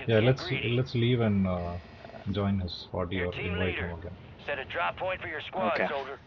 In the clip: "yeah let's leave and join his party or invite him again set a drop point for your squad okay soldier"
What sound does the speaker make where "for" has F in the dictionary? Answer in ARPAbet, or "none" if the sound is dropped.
F